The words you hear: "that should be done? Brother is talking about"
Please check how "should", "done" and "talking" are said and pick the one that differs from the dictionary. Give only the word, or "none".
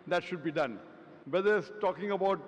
none